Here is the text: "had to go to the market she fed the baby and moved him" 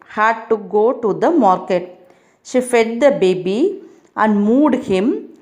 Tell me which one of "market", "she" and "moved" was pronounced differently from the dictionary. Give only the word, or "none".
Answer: moved